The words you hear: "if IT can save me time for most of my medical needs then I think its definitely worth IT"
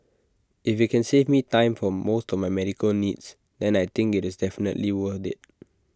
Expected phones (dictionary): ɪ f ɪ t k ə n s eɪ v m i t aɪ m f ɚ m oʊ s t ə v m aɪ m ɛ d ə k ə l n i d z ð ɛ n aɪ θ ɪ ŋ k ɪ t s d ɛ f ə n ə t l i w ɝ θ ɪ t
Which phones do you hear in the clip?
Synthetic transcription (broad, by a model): ɪ f ɪ t k ə n s eɪ v m i t aɪ m f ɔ m oʊ s t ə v m aɪ m ɛ d ə k ə l n i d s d ɛ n aɪ t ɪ ŋ k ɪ t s d ɛ f ə n ə t l i w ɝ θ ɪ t